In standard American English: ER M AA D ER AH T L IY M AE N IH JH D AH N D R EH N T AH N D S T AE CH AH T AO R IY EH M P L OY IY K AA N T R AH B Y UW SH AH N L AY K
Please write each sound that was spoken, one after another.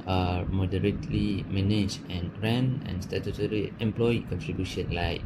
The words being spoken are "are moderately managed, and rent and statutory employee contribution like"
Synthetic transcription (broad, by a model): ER M AA D ER AH T L IY M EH N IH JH AH N R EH N AH N S T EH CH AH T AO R IY EH M P L OY IY K AA N T R AH B Y UW SH AH N L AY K